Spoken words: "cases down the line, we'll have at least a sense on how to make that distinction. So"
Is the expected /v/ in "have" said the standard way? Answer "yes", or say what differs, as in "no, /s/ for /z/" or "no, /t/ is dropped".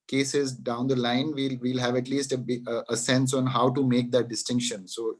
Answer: yes